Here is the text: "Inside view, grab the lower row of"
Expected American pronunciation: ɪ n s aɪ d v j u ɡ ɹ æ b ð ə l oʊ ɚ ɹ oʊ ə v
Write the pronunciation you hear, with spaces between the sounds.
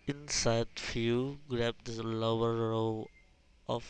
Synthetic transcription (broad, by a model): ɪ n s aɪ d f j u ɡ ɹ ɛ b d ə l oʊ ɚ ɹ oʊ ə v